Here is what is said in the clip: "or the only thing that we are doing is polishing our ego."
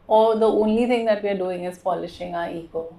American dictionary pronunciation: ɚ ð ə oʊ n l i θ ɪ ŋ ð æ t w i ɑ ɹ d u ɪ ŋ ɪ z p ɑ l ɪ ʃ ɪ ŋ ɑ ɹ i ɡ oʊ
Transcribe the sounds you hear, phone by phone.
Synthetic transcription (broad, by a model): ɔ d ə oʊ n l i t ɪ ŋ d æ t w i ɑ ɹ d u ɪ ŋ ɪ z p ɑ l ɪ ʃ ɪ ŋ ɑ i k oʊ